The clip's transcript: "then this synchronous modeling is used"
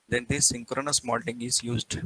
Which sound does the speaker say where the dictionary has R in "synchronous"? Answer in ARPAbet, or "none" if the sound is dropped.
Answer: R